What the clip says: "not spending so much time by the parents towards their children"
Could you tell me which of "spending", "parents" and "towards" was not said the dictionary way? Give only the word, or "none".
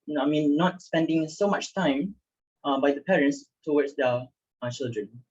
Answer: towards